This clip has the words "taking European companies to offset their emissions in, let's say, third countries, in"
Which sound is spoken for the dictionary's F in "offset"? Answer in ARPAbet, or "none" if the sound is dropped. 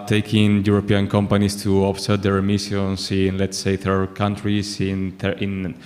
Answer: P